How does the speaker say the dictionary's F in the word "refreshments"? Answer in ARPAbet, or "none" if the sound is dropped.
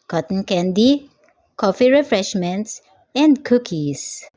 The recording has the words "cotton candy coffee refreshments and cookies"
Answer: F